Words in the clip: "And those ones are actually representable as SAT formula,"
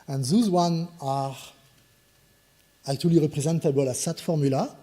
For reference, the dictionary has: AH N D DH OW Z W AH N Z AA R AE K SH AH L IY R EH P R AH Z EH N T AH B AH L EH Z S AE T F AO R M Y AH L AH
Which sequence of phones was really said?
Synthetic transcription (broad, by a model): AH N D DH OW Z W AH N AA R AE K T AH L IY R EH P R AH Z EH N T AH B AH L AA S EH T F AO R M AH L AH